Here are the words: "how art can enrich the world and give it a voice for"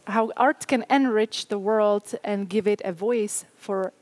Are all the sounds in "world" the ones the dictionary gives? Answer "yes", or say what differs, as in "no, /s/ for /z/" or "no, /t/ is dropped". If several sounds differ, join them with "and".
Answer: yes